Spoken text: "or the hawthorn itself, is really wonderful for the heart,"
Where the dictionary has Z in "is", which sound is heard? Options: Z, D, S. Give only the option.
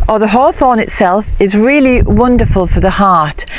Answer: Z